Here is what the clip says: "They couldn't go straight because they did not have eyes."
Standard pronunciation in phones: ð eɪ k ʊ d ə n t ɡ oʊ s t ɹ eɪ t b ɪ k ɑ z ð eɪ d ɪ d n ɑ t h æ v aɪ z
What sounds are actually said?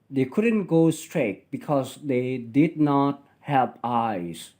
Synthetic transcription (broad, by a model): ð eɪ k ʊ d ə n t ɡ oʊ s t ɹ eɪ t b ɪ k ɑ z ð eɪ d ɪ d n ɑ t h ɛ p aɪ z